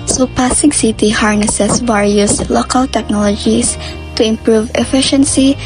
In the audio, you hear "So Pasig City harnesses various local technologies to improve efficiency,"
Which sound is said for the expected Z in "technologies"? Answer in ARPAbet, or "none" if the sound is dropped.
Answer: S